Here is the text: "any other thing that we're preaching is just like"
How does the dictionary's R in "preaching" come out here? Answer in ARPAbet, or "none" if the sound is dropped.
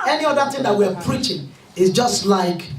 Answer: R